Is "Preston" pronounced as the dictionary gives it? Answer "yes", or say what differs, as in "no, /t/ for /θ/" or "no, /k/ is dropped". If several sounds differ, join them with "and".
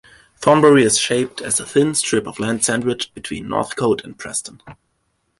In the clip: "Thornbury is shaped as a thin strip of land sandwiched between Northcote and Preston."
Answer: yes